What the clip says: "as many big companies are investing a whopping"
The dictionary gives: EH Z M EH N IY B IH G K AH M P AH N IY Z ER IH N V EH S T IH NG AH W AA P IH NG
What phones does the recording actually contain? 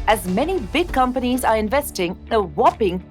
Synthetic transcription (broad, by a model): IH Z M EH N IY B IH G K AH M P AH N IY Z ER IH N V EH S T IH NG AH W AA P IH NG